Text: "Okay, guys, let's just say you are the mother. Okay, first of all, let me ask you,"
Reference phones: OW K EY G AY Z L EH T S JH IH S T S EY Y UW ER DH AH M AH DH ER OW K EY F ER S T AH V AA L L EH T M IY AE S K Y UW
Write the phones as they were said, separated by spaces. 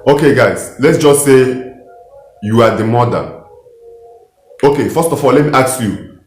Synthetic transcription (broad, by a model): OW K EY G AY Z L EH T S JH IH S S EY Y UW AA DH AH M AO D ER OW K EY F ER S T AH F AA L L EH T M IY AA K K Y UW